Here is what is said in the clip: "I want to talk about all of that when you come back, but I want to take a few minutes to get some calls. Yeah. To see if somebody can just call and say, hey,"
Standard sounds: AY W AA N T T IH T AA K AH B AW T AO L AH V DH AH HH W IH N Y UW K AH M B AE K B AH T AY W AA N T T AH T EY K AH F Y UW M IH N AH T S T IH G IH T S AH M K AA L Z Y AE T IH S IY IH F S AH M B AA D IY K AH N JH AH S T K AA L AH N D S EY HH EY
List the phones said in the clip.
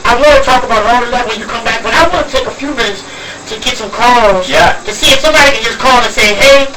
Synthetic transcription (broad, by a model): AY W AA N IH T AA K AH B AW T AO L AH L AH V W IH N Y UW K AH M B AE K B AH T AY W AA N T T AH T EY K AH F Y UW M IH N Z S T IH G IH T S AH M K AA L Z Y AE T IH S IY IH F S AH M B AA D IY K AH N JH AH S K AA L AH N S EY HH EY